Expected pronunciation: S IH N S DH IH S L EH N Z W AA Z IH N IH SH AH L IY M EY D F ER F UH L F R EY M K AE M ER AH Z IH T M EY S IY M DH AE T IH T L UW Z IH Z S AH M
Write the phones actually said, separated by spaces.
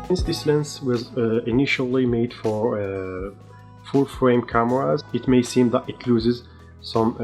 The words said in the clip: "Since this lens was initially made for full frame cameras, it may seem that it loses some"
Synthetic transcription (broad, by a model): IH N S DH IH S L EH N S W AA Z IH N IH SH AH L IY M EY D F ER F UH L F R EY M K AE M ER AH Z IH T M EY S IY M DH AE T IH T L UW Z IH Z S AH M